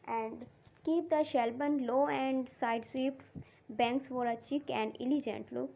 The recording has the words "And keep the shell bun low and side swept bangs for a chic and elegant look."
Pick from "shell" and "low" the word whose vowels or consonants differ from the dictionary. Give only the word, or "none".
none